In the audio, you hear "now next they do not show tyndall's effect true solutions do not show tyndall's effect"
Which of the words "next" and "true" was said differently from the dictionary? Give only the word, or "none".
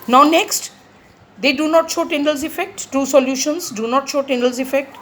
true